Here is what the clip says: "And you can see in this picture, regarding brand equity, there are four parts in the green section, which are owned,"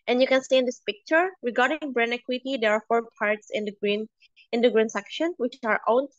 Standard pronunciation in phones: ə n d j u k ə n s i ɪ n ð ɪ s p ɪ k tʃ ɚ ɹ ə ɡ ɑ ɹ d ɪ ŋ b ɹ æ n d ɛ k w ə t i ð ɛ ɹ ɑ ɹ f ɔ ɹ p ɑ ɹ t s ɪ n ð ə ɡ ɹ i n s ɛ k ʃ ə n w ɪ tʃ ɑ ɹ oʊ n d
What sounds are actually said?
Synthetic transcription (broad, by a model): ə n j u k ə n s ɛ ɪ n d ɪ s p ɪ k tʃ ɚ ɹ ə ɡ ɑ ɹ d ɪ ŋ b ɹ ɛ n ɛ k w ə t i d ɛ ɹ ɑ ɹ f ɔ ɹ p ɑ ɹ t s ɪ n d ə ɡ ɹ i n s ɛ k ʃ ə n w ɪ tʃ ɑ ɹ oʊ n